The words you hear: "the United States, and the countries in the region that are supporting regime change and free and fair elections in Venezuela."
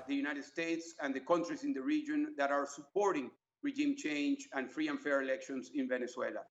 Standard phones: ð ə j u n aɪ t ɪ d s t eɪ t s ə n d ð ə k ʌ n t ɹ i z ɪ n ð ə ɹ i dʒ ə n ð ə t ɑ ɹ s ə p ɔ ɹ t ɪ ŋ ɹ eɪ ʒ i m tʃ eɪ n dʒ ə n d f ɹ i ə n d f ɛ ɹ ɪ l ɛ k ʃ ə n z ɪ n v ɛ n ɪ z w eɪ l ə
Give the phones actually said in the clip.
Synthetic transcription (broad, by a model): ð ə j u n aɪ t ɪ d s t eɪ t s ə n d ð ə k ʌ n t ɹ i s ɪ n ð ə ɹ i dʒ ə n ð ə t ɑ ɹ s ə p ɔ ɹ t ɪ ŋ ɹ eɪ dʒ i m tʃ eɪ n dʒ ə n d f ɹ i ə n f ɛ ɹ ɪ l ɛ k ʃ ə n s ɪ n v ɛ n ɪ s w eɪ l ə